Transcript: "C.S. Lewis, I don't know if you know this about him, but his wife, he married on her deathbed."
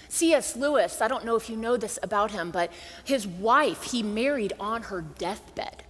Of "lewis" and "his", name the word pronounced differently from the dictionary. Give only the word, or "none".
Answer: none